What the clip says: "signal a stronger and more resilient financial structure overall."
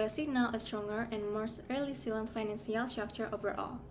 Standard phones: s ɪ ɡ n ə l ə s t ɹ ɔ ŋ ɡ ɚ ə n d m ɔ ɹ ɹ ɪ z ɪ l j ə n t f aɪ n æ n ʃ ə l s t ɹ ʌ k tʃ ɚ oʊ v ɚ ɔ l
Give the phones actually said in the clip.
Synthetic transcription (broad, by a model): s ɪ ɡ n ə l ə s t ɹ ɔ ŋ ɡ ɚ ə n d m ɔ ɹ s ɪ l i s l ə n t f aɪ n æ n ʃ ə l s t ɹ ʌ k tʃ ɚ oʊ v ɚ ɔ l